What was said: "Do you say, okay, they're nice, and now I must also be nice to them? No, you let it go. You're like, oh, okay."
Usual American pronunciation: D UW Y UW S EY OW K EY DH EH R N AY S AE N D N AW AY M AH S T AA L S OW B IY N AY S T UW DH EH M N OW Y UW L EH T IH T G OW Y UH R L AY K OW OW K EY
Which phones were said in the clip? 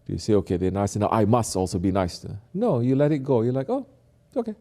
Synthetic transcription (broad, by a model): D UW Y UW S EY OW K EY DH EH N AY S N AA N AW AY M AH S T AA L S OW B IY N AY S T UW N OW Y UW L EH T IH T G OW Y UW L AY K OW OW K EY